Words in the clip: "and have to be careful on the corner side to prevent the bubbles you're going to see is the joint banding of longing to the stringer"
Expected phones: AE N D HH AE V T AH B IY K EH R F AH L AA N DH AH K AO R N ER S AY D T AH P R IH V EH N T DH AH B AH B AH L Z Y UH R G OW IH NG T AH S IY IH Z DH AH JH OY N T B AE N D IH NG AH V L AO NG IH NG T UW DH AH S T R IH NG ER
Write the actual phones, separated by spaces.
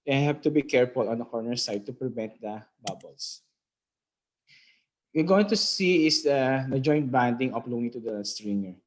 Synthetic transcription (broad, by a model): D HH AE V T AH B IY K EH R F AH L AA N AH K AO R N ER S AY D T AH P R IH V EH N T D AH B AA B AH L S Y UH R G OW IH NG T AH S IY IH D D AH JH OY N T B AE N D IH NG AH P L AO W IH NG T UW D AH S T R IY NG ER